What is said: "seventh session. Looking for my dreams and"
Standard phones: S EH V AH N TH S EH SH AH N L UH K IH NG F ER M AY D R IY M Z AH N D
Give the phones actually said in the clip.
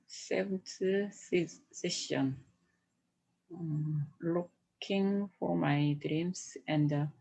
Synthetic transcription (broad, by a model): S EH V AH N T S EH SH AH N L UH K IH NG F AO M AY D R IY M S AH N D